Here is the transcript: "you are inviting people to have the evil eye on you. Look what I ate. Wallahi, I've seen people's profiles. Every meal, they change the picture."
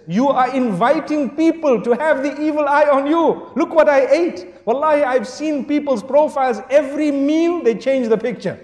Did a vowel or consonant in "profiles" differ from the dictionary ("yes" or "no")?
no